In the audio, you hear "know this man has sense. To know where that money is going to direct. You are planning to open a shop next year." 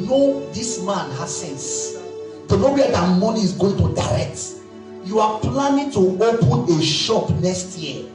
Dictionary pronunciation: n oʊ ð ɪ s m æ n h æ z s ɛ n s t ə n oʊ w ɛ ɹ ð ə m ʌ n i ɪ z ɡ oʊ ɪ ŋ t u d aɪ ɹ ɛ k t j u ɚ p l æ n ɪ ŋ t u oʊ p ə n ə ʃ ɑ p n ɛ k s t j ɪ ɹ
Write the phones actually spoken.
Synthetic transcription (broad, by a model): n oʊ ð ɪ s m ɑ n h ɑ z s ɛ n s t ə n oʊ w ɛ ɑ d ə m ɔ n i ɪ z ɡ oʊ ɪ ŋ t u d aɪ ɹ ɛ k t j u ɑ p l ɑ n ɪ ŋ t u oʊ p ə n ə ʃ ɑ p n ɛ k s t j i